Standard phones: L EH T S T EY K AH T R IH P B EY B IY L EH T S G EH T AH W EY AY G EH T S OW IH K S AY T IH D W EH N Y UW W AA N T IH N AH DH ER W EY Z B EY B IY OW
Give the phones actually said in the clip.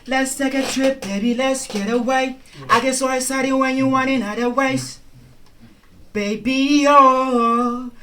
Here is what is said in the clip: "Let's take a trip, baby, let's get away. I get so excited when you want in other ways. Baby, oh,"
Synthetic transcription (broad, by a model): L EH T S T EY K AH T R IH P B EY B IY L EH T S G EH T AH W EY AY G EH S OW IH S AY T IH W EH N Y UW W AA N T IH N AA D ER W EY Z B EY B IY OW